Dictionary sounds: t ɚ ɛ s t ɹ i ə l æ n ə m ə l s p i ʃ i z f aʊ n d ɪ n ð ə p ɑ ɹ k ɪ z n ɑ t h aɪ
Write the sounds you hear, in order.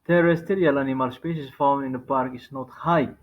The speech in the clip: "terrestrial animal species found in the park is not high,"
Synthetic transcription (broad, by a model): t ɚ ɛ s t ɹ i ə l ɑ n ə m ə l s p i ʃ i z f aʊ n ɪ n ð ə p ɑ ɹ k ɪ s n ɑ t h aɪ